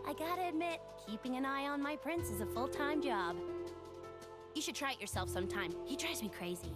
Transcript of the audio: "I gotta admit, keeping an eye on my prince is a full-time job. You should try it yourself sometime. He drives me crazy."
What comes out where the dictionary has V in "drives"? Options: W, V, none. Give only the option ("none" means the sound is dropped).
none